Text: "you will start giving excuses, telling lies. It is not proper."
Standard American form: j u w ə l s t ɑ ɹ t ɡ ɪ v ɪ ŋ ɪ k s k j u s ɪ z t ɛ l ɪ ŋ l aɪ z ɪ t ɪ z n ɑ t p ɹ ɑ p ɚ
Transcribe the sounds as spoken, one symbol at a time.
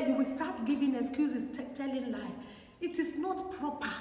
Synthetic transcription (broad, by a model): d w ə s t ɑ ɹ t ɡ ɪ v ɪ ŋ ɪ k s k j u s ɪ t t ɛ l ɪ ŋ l aɪ ɪ t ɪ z n ɑ t p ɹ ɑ p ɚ